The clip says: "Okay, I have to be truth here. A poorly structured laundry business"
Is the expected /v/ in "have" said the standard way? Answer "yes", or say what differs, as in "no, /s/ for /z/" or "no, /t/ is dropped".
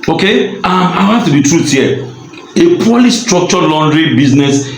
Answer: no, /f/ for /v/